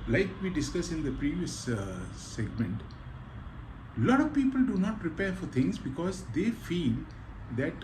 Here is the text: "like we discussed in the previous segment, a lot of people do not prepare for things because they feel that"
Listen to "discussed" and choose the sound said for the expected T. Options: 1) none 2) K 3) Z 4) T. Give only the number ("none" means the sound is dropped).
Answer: 1